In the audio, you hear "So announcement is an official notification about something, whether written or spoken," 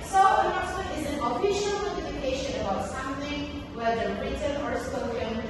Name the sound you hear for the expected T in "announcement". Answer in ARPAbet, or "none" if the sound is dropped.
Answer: none